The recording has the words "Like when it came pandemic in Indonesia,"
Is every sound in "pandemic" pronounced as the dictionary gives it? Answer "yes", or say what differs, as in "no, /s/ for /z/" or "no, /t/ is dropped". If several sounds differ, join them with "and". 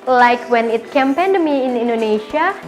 no, /k/ is dropped